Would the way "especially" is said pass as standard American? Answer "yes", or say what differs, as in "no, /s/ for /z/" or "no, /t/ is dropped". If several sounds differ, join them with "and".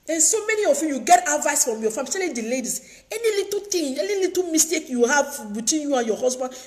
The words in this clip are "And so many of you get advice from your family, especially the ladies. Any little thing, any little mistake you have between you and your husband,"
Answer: no, /ʃ/ is dropped